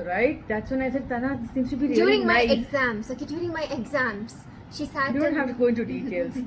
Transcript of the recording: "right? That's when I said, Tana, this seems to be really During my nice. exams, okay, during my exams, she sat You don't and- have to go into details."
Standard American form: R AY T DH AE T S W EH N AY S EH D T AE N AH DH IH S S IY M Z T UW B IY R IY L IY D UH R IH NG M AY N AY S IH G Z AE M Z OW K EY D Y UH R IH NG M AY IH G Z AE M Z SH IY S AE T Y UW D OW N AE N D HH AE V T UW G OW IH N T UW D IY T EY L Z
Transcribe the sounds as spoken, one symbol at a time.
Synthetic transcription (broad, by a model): R AY T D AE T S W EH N AY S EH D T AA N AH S S IY M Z T UW B IY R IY IY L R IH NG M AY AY IH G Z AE M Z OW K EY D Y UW R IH NG M AY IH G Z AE M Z SH IY S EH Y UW D OW N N HH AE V T UW G OW IH N T UW D IY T EY L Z